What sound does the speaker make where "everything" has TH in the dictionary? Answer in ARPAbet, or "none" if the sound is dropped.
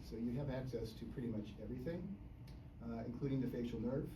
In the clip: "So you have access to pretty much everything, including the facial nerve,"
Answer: TH